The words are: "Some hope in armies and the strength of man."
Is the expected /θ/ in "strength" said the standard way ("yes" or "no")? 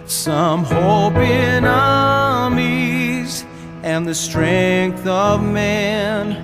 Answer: yes